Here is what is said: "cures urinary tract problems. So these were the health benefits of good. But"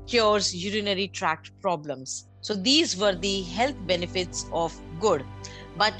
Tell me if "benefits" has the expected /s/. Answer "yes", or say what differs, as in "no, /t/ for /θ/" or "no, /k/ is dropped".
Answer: yes